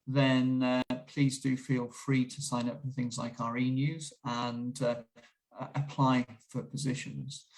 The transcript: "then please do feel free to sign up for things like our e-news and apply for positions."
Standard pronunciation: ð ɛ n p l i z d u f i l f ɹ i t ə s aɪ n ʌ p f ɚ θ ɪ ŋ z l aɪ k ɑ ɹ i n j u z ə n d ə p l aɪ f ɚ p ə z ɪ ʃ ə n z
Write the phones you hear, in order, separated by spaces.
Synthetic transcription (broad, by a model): ð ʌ n p l i z d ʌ f i l f ɹ i t ə s aɪ n ʌ p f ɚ θ ɪ ŋ z l aɪ k ɑ ɹ i n j u z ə n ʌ ə p l aɪ f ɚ p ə z ɪ ʃ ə n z